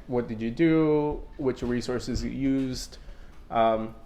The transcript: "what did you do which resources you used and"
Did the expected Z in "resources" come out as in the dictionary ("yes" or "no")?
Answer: yes